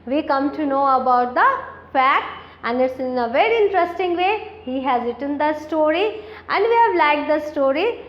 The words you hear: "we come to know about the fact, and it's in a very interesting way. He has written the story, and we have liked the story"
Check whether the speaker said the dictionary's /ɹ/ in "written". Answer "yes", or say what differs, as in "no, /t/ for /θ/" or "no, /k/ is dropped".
yes